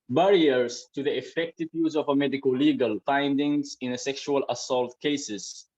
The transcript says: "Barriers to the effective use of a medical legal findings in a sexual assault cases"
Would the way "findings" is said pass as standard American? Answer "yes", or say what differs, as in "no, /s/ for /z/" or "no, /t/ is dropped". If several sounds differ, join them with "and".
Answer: yes